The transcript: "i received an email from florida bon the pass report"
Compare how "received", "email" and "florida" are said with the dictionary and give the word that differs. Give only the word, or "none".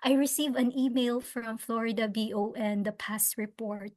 received